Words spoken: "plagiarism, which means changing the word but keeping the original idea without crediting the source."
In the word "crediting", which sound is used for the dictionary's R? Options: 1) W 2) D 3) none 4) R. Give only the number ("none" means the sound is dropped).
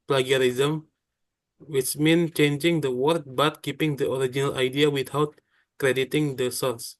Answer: 4